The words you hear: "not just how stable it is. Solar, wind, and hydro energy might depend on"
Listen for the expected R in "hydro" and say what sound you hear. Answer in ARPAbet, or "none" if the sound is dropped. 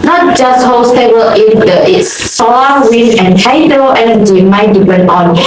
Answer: none